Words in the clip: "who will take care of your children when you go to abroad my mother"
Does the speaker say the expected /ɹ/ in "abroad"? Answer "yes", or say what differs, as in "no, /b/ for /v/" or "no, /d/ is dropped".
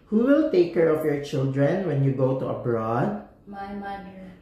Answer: yes